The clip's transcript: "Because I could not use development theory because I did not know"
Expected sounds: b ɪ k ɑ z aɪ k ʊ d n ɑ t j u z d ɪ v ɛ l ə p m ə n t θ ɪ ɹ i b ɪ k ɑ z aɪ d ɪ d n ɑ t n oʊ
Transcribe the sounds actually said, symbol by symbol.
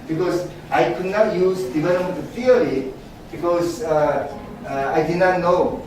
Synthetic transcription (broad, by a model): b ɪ k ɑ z aɪ k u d n ɑ t j u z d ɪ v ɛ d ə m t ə t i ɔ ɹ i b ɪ k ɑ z aɪ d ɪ n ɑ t n oʊ